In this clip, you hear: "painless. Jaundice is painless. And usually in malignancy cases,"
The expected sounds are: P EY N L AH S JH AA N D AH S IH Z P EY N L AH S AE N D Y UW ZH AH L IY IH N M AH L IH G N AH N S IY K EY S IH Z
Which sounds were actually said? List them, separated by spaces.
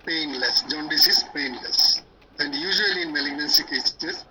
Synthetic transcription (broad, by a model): P EY N L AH S JH AA N D AH S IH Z P EY N L AH S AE N D Y UW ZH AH L IY IH N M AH L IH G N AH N S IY K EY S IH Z